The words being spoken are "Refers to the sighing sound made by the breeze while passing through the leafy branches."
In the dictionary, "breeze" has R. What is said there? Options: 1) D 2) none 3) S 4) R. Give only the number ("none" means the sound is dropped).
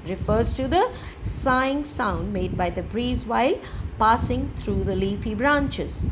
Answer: 4